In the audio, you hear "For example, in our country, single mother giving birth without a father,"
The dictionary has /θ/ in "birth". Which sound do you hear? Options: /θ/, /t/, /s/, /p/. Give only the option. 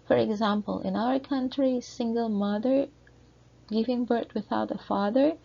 /t/